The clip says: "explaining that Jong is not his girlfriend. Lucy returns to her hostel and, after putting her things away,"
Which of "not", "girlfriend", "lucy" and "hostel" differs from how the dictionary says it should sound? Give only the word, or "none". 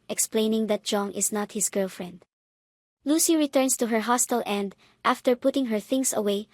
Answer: none